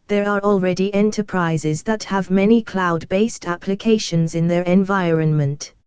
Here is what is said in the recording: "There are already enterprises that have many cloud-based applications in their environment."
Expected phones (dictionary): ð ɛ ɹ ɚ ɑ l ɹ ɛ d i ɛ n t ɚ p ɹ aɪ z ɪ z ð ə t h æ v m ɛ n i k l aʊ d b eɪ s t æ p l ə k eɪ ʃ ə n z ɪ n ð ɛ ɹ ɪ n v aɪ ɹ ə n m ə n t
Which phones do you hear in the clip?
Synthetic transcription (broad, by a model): ð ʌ ɹ ɚ ɑ l ɹ ɛ d i ɛ n t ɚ p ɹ aɪ z ɪ z ð ə t h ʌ v m ɛ n i k l aʊ d b eɪ s t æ p l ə k eɪ ʃ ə n z ɪ n ð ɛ ɹ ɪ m v aɪ ɹ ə n m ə n t